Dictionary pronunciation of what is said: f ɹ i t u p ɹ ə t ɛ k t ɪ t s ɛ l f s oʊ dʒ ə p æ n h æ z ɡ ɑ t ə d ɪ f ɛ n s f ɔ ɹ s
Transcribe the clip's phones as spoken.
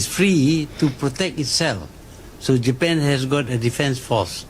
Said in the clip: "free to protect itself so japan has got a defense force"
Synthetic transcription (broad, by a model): f ɹ i t u p ɹ ə t ɛ k t ɪ t s ɛ l f s oʊ dʒ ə p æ n h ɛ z ɡ ɑ t ə d ɪ f ɛ n s f ɔ s